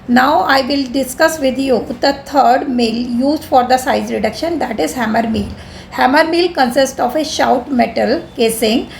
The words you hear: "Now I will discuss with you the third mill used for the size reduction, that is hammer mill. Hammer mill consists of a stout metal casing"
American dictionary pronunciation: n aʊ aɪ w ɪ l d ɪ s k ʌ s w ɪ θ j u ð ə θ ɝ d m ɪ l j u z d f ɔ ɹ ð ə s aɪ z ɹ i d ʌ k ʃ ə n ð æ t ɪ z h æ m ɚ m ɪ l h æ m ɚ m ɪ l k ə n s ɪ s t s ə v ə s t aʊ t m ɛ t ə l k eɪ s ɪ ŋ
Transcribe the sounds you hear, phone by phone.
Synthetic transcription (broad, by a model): n aʊ aɪ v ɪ l d ɪ s k ʌ s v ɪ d j u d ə t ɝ d m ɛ l j u z d f ɔ ɹ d ə s aɪ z ɹ i d ʌ k ʃ ə n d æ t ɪ z h æ m ɚ m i l h æ m ɚ m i l k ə n s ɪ s t ə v ə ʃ aʊ t m ɛ t ə l k eɪ s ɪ ŋ